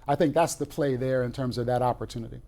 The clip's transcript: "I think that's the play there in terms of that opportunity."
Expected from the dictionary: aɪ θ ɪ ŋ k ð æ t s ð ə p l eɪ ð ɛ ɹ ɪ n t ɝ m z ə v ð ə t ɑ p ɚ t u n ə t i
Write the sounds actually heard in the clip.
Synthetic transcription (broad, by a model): aɪ θ ɪ ŋ k ð æ t s ð ə p l eɪ ð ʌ ɹ ɪ n t ɝ m z ə v ð ə t ɑ p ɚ t u n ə t i